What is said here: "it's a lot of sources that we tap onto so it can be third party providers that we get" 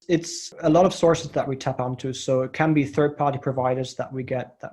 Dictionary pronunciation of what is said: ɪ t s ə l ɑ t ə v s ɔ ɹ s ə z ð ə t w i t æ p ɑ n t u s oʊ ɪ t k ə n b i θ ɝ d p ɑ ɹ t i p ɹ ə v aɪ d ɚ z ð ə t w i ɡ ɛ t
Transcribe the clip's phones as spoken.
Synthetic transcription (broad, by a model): ɪ t s ə l ɑ t ə v s ɔ ɹ s ə z ð ə t w i t æ p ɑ n t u s oʊ ɪ t k ə n b i θ ɝ d p ɑ ɹ t i p ɹ ə v aɪ d ɚ z ð ə t w i ɡ ɛ t